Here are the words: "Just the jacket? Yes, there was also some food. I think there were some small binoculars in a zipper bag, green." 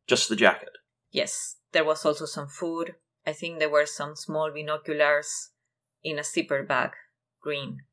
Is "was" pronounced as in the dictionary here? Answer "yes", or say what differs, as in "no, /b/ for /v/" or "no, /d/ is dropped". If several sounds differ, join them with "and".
no, /s/ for /z/